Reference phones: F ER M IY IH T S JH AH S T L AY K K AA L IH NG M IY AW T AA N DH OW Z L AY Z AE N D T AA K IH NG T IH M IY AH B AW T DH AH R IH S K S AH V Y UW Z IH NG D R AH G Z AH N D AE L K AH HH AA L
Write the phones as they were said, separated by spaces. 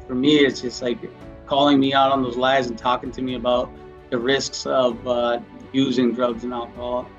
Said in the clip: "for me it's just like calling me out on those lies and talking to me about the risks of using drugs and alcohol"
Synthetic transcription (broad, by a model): F ER M IY IH T S JH AH S T L AY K K AA L IH NG M IY AW T N DH OW Z L AY Z N T AA K IH NG T IH M IY AH B AW T DH AH R IH S K S AH V Y UW Z IH NG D R AH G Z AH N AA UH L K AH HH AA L